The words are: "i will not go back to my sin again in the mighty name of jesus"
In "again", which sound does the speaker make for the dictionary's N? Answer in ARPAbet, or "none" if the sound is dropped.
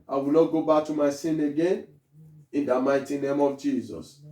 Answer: N